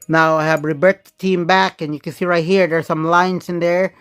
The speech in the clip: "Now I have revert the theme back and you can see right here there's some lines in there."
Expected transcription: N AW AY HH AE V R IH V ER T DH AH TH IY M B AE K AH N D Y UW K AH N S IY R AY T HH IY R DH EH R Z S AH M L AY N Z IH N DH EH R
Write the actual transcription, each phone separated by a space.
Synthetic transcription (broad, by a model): N AW AY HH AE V R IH B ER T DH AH T IY M B AE K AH N Y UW K AH N S IY R AY T HH IY R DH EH R S AH M L AY N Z IH N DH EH R